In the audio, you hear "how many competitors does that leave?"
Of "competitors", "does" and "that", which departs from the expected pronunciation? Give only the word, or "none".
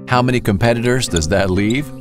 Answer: none